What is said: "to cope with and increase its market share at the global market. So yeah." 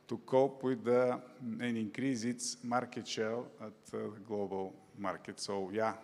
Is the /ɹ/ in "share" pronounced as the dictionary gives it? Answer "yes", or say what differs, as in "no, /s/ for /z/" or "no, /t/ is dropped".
no, /l/ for /ɹ/